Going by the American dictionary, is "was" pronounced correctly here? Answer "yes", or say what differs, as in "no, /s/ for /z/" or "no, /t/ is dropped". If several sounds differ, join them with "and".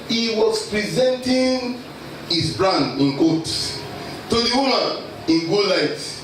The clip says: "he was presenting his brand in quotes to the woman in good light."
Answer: no, /s/ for /z/